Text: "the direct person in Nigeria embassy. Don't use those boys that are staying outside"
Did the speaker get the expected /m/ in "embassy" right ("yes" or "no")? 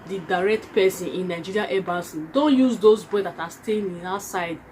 no